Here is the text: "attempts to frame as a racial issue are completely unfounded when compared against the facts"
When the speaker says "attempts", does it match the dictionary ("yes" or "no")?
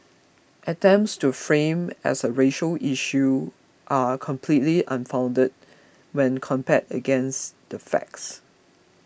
yes